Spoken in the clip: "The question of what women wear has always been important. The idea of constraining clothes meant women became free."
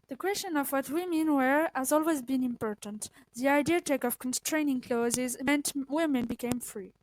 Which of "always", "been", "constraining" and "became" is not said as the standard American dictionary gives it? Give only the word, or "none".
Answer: none